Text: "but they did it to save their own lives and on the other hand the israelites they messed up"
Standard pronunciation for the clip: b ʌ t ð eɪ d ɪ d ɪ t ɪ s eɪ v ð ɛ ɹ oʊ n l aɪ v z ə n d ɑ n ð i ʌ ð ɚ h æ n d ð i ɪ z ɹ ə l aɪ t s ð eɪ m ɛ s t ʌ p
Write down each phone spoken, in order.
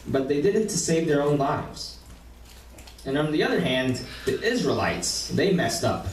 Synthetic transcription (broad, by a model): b ʌ t ð eɪ d ɪ d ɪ t ɪ s eɪ v ð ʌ ɹ oʊ n l aɪ v z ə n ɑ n ð i ʌ ð ɚ h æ n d ð i ɪ z ɹ ə l aɪ t s ð eɪ m ɛ s t ʌ p